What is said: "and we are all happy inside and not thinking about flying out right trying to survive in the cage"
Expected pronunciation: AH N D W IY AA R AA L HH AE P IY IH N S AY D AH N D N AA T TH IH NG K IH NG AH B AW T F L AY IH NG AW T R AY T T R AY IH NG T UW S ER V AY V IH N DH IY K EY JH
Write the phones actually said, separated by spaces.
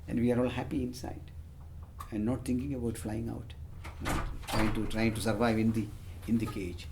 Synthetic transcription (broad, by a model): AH N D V IY AA R AA L HH AE P IY IH N S AY D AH N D N AA T T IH NG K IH NG AH B AW T F L AY IH NG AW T R AY T T R AY IH NG T UW S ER V AY V IH N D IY K EY JH